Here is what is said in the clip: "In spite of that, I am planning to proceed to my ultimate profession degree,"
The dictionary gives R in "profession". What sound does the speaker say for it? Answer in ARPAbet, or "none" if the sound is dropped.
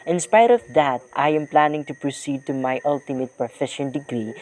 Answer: none